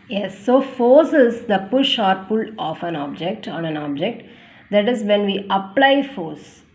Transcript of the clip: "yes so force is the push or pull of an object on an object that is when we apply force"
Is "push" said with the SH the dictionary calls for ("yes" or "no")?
yes